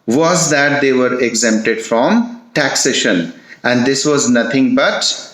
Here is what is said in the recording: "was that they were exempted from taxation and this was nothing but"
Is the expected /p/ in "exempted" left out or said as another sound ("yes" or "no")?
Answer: no